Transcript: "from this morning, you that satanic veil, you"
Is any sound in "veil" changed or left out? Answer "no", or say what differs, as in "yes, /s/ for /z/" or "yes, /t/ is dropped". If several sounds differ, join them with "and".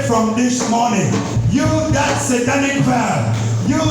yes, /p/ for /v/ and /n/ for /l/